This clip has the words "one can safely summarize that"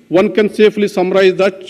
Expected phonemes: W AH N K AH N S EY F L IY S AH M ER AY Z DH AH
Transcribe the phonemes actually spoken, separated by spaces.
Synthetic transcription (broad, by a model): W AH N K AH N S EY P L IY S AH M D AY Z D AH